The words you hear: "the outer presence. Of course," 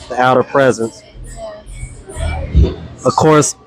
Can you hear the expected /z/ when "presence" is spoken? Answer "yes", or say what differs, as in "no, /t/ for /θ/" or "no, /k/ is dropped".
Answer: yes